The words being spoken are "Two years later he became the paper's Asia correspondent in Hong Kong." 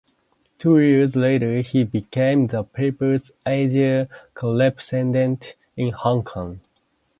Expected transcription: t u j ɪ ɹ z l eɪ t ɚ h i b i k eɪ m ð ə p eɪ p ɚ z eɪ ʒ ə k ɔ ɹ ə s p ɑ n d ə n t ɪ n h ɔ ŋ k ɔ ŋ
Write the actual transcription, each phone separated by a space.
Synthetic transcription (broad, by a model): t u j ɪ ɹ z l eɪ t ɚ h i b i k eɪ m ð ə p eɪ p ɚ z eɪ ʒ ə k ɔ l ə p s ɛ n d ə n t ɪ n h ɔ ŋ k ɔ ŋ